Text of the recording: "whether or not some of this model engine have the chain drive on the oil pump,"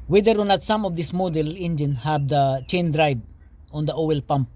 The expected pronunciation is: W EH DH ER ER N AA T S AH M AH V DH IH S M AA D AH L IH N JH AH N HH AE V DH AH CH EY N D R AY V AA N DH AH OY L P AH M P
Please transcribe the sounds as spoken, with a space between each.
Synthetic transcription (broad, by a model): W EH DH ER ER N AA T S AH M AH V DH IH S M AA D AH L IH N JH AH N HH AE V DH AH CH EY N D R AY B AA N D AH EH L P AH M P